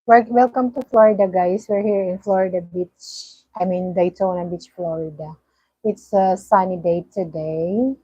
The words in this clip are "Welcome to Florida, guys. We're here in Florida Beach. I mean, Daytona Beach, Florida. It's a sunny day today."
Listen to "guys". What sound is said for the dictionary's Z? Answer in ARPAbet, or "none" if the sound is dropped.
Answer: S